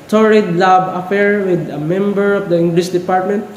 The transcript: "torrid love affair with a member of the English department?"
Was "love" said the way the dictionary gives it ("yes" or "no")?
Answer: no